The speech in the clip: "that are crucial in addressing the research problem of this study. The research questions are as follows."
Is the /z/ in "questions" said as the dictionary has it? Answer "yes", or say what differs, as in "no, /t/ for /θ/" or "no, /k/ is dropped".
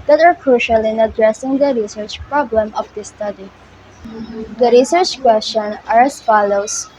no, /z/ is dropped